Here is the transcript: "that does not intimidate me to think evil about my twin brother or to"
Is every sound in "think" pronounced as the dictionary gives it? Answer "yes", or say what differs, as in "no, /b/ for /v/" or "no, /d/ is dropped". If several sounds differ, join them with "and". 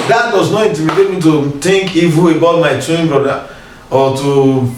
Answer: no, /t/ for /θ/